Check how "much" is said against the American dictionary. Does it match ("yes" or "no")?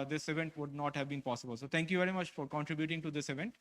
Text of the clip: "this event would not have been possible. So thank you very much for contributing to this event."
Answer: yes